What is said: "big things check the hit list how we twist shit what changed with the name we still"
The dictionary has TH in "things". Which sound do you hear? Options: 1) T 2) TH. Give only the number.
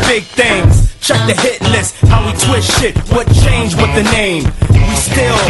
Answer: 2